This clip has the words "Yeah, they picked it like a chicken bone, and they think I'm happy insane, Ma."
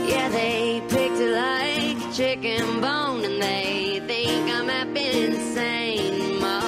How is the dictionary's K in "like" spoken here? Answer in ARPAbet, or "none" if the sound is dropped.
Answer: none